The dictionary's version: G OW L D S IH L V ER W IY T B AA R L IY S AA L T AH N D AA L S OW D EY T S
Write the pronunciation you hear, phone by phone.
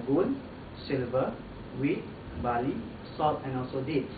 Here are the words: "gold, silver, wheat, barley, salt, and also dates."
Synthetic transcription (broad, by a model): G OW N S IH L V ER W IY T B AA L IY S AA T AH N AA L S OW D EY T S